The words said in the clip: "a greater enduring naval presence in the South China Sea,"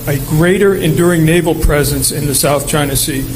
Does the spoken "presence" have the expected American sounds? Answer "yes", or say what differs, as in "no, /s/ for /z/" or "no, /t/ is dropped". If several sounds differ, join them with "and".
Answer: yes